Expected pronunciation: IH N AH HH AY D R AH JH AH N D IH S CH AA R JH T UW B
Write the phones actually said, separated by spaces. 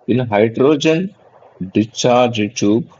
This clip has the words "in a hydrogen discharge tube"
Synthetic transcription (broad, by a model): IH N HH AY D R AH JH AH N D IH CH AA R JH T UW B